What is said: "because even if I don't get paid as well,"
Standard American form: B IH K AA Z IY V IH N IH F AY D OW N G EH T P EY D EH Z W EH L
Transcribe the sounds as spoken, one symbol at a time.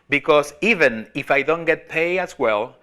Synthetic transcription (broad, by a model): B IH K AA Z IY V IH N IH F AY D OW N G EH T P EY EH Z W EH L